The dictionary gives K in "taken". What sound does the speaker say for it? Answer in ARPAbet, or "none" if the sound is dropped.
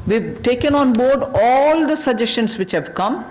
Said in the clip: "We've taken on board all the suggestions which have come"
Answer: K